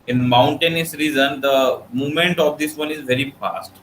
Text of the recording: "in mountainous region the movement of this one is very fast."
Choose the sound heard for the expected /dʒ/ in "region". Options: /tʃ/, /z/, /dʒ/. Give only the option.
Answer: /z/